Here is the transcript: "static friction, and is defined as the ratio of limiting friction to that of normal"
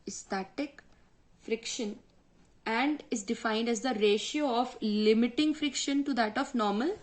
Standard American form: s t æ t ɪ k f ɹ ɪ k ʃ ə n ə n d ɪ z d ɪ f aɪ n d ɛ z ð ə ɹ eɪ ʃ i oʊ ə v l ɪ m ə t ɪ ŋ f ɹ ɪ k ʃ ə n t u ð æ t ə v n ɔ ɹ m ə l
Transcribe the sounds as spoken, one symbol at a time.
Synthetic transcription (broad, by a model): s t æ t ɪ k f ɹ ɪ k ʃ ə n ə n d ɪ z d ɪ f aɪ n d ɛ z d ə ɹ eɪ ʃ i oʊ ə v l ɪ m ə t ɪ ŋ f ɹ ɪ k ʃ ə n t u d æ t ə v n ɔ ɹ m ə l